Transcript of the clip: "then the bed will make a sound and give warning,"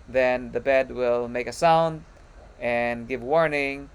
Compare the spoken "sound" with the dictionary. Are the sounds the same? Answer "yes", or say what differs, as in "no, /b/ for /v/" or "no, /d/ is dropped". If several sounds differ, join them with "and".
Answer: yes